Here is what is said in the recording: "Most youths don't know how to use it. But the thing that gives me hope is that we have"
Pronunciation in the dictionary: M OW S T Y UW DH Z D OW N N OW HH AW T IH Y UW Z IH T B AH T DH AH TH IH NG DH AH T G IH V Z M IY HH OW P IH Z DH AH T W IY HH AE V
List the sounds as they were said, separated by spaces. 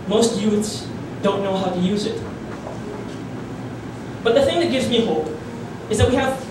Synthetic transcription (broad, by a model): M OW S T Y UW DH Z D OW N N OW HH AW T IH Y UW Z IH T B AH T DH AH TH IH NG DH AH T G IH V Z M IY HH OW P IH Z DH AH T W IY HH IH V